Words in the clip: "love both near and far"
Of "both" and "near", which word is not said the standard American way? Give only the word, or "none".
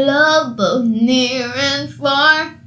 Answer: none